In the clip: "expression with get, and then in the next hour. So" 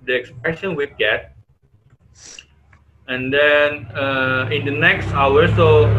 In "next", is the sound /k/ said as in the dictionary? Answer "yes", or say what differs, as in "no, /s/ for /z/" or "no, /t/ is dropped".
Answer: yes